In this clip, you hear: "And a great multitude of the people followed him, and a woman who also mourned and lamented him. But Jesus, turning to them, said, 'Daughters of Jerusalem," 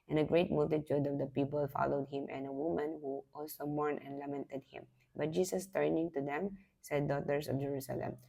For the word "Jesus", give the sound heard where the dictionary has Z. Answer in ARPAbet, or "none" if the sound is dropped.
S